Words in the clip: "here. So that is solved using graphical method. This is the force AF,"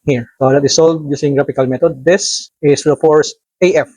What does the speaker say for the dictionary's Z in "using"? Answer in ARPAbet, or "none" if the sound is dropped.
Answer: S